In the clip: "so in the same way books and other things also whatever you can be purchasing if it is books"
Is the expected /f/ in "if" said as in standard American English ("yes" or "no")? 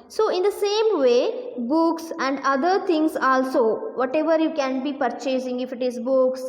yes